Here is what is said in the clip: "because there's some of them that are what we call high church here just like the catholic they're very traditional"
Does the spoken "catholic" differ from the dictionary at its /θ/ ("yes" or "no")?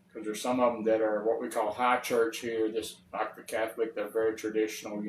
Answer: no